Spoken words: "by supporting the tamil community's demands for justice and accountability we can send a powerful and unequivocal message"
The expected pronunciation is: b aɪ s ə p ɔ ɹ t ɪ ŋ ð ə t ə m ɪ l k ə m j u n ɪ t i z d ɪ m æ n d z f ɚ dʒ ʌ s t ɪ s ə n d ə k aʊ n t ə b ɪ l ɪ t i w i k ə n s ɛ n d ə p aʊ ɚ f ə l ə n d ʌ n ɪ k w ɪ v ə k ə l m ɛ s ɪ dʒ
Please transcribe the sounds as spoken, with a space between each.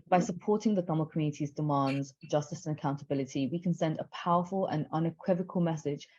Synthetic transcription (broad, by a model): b aɪ s ə p ɔ t ɪ ŋ ð ə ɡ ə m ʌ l k ə m j u n ɪ t i z d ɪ m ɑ n d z dʒ ʌ s t ɪ s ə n ə k aʊ n t ə b ɪ l ɪ t i w i k ə n s ɛ n d ə p aʊ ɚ f ə l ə n ʌ n ɪ k w ɪ v ə k ə l m ɛ s ɪ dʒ